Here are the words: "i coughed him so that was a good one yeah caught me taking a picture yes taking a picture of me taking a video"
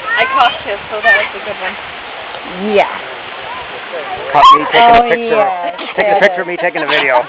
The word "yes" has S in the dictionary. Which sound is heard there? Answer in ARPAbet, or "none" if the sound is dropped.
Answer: none